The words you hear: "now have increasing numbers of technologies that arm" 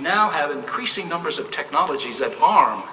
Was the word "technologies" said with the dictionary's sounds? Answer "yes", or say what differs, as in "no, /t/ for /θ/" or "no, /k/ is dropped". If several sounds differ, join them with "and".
yes